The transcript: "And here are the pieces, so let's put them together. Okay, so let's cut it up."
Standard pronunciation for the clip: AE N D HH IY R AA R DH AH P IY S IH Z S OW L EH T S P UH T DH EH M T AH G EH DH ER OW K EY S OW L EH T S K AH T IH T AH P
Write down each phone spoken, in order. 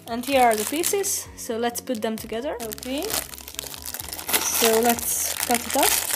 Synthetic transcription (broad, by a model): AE N D HH IY R AA R DH AH P IY S IH Z S OW L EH T S P UH T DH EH M T AH G EH DH ER OW K EY S OW L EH T S K AH T IH T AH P